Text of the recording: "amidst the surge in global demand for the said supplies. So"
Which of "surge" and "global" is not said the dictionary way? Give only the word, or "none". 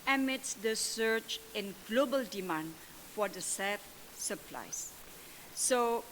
surge